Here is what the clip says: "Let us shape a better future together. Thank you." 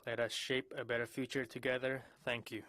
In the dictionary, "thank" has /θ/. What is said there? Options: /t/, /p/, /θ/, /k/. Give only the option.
/θ/